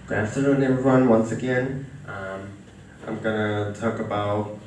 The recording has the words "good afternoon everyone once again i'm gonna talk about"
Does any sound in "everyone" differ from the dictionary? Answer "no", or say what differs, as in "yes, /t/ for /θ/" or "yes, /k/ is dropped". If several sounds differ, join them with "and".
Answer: yes, /ɹ/ is dropped